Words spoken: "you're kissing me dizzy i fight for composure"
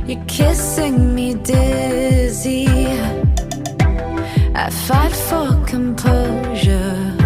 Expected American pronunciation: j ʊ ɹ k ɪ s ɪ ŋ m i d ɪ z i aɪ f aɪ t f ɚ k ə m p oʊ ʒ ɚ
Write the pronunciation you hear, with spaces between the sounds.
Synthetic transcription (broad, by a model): j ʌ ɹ k ɪ s ɪ ŋ m i d ɪ z i aɪ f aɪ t f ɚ k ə m p oʊ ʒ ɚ